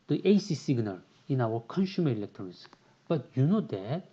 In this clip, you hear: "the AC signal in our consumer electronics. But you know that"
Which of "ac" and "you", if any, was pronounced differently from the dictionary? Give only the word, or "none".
none